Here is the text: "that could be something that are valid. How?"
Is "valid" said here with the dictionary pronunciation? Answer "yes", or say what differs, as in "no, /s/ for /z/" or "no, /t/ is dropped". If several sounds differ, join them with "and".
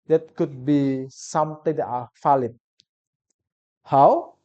no, /f/ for /v/